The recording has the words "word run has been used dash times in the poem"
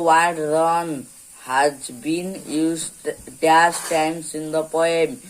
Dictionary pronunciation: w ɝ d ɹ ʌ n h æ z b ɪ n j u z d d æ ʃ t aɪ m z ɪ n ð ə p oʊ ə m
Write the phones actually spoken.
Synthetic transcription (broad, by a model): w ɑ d ɹ ʌ n h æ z b ɪ n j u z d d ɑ s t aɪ m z ɪ n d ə p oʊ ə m